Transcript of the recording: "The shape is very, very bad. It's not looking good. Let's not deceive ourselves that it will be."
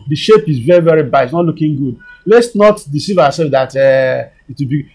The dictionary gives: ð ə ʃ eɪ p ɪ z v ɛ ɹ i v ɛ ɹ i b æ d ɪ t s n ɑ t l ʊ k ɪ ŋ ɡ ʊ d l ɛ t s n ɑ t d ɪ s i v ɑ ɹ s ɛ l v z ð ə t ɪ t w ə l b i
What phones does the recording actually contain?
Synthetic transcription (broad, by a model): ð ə ʃ eɪ p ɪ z v ɛ ɹ i v ɛ ɹ i b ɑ ɪ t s n ɑ t l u k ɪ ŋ ɡ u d l ɛ t s n ɑ t d ɪ s i v ɑ w s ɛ l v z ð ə t ɪ t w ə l b i